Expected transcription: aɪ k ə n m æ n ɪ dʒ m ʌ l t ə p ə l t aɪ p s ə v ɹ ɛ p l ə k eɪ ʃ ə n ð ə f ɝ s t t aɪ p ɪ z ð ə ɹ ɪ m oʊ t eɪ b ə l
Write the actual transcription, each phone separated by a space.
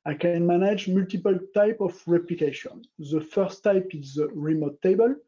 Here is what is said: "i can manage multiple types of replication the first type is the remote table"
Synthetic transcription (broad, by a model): aɪ k ə n m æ n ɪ dʒ m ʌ l t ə p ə l t aɪ p ə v ɹ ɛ p l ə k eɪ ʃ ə n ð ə f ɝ s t t aɪ p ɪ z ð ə ɹ ɪ m oʊ t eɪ b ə l